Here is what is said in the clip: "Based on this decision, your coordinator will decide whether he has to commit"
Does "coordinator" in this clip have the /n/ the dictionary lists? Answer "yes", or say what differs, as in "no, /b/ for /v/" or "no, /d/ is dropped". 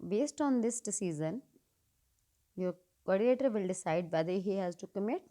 no, /n/ is dropped